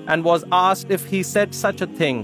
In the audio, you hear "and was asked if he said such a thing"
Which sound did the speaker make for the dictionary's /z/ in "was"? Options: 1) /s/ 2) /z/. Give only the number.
2